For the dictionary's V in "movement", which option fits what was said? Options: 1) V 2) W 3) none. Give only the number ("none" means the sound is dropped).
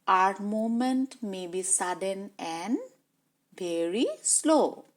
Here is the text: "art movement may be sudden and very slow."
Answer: 3